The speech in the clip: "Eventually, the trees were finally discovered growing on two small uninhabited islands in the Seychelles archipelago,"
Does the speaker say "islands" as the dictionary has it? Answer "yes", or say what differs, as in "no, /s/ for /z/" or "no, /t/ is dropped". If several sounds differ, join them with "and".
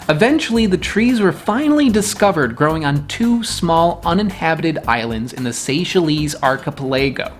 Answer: yes